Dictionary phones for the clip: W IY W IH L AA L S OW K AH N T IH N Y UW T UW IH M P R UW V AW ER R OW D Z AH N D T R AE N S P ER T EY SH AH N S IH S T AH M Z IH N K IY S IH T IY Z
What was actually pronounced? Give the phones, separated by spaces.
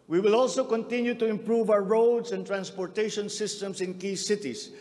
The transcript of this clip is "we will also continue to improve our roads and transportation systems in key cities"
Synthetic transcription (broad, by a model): W IY W IH L AA L S OW K AH N T IH N Y UW T UW IH M P R UW V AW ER R OW D S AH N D T R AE N S P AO T EY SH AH N S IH S T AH M S IH N K IY S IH T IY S